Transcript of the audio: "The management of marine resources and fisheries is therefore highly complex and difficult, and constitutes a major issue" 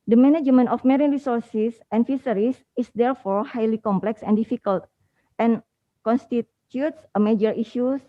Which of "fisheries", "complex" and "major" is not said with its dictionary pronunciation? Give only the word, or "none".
fisheries